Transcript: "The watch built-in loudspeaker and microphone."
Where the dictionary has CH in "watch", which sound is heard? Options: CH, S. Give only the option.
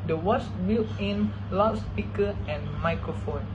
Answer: S